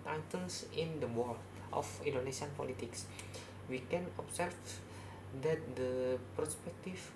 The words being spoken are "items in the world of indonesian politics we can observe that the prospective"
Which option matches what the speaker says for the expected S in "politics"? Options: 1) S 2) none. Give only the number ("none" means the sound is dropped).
1